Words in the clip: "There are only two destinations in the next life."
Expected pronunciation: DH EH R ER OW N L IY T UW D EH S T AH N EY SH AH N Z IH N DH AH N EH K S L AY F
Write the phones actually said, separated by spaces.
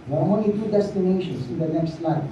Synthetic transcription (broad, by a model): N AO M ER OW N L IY T UW D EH S T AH N EY SH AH N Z IH N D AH N EH K S L AY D